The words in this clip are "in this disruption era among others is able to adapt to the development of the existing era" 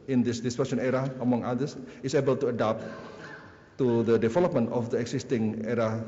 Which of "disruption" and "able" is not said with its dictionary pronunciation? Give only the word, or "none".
disruption